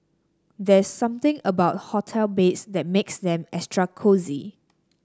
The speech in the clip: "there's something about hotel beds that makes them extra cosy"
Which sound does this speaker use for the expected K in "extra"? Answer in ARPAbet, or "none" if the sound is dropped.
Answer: none